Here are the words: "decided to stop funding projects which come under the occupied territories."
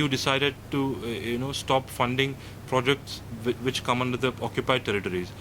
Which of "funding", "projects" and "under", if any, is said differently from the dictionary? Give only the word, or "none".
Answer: none